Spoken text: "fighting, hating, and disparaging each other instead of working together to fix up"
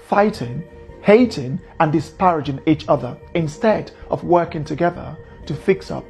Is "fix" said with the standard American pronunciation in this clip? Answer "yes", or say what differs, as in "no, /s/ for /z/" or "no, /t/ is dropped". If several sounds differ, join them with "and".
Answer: yes